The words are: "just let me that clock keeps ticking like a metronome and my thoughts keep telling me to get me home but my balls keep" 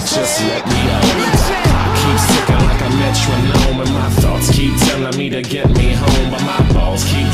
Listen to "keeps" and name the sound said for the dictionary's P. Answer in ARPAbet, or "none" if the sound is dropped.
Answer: P